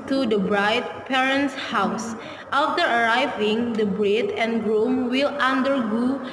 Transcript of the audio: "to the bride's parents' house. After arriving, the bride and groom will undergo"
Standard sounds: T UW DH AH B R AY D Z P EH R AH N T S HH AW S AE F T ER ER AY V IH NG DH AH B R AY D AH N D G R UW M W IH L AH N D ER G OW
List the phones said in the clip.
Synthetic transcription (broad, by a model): T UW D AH B R AY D P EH R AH N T S HH AW S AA F T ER ER AY V IH NG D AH B R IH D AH N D G R UW M W IH L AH N D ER G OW